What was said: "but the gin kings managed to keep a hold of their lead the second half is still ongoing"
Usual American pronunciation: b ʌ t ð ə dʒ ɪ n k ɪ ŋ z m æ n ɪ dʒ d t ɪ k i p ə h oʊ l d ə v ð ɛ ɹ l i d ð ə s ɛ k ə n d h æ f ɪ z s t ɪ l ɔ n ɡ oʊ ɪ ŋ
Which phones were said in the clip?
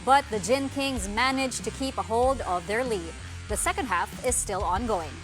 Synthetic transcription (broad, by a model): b ʌ t ð ə dʒ ɪ n k ɪ ŋ z m æ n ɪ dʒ t ɪ k i p ə h oʊ l d ə v ð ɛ ɹ l i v ð ə s ɛ k ə n d h æ f ɪ z s t ɪ l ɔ n ɡ oʊ ɪ ŋ